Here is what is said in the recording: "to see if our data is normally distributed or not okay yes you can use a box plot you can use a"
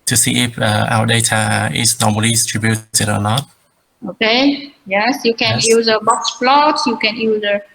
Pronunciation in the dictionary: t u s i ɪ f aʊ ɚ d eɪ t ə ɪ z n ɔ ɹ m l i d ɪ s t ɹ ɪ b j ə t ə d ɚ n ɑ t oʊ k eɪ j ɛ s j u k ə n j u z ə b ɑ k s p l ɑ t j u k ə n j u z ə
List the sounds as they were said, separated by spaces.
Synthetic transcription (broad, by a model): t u s i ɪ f aʊ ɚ d eɪ t ə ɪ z n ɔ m i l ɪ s t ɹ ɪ b j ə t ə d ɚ n ɑ t oʊ k eɪ j ɛ s j u k ə n j u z ə b ɑ k s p l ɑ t j u k ə n j u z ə